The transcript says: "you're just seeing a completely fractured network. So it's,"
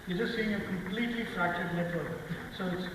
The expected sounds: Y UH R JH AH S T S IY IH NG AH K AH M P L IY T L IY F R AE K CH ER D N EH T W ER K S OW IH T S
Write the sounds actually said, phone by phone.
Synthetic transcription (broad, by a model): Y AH JH AH S T S IY IH NG AH K AH M P L IY T L IY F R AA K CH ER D L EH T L S OW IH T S